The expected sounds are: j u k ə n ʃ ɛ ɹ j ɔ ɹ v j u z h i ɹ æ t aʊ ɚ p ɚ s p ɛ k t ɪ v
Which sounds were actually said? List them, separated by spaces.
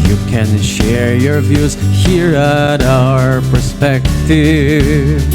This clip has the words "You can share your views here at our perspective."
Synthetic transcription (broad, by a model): j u k ə n ʃ ɛ ɹ j ɔ ɹ v j u z h i ɹ æ t aʊ ɚ p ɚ s p ɛ k t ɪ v